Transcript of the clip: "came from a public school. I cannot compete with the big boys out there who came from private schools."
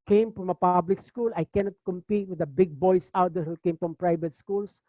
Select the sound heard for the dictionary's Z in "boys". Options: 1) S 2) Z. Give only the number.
1